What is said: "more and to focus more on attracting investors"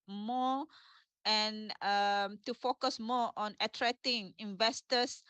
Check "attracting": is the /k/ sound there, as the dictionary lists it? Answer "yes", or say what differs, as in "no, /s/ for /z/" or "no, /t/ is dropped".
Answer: no, /k/ is dropped